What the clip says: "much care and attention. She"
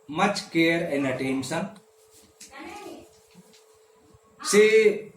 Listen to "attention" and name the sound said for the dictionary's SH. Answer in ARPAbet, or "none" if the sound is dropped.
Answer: S